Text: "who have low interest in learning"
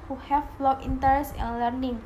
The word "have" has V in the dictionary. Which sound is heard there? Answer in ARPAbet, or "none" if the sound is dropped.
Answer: F